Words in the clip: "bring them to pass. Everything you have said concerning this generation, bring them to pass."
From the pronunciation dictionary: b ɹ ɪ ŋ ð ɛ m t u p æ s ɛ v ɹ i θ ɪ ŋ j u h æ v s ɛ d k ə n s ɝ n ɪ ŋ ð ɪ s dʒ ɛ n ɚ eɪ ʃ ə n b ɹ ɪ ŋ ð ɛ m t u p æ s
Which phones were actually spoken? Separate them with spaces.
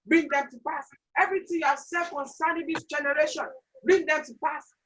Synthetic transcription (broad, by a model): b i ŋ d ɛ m t u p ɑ s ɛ v ɹ i t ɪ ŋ j u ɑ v s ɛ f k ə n s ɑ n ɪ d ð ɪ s dʒ ɛ n ɚ eɪ ʃ ə n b i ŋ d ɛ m t u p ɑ s